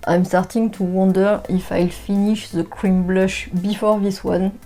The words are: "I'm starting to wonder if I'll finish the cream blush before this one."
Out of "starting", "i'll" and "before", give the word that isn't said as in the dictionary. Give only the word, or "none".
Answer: none